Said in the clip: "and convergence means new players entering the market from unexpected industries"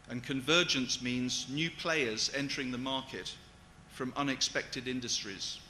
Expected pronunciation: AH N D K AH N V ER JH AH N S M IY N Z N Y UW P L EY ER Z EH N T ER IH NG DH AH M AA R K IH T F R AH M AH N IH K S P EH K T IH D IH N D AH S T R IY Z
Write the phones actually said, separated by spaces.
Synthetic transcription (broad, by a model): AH N K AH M V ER JH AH N S M IY N Z N Y UW P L EY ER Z EH N T ER IH NG DH AH M AA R K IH T F R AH M AH N IH K S P EH K T IH D IH N D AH S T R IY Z